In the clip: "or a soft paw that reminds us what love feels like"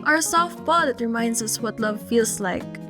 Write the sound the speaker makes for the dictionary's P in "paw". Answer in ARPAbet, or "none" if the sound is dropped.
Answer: B